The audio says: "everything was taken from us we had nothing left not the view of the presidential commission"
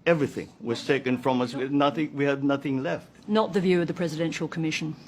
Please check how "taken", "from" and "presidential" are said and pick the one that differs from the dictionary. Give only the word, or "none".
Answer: none